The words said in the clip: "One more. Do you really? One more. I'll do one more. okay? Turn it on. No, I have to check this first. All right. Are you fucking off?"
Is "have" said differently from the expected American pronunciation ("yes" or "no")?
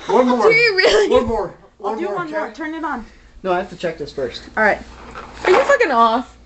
yes